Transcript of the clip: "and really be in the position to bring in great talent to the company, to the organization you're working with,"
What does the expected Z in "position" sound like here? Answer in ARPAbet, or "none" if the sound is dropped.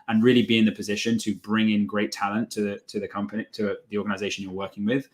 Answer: Z